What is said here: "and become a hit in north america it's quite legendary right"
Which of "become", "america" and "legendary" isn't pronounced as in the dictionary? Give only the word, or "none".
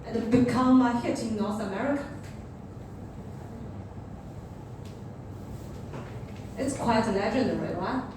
legendary